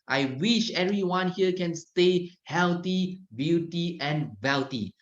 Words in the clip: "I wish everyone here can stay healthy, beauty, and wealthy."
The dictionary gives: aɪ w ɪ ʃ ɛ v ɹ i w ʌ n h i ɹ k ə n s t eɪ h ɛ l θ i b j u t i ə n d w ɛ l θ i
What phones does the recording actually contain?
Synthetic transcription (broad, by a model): aɪ w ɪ ʃ ɛ v ɹ i w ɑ n h i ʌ k ə n s t eɪ h ɛ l t i b j u t i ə n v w ɛ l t i